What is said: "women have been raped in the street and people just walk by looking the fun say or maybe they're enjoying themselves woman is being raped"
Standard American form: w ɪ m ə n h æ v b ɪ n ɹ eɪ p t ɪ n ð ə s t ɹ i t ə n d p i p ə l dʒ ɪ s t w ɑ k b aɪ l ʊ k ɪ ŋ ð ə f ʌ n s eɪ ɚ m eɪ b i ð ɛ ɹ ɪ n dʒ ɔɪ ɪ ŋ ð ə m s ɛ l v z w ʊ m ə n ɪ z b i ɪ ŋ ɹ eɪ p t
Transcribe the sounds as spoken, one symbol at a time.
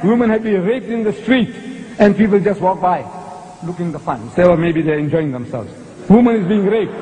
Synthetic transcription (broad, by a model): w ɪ m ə n h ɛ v b ɪ n ɹ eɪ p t ɪ n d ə s t ɹ i t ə n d p i p ə l dʒ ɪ s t w ɑ k b aɪ l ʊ k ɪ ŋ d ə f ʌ n s eɪ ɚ m eɪ b i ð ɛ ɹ ɪ n dʒ ɔɪ ɪ ŋ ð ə m s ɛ l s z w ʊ m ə n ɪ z b i ɪ ŋ ɹ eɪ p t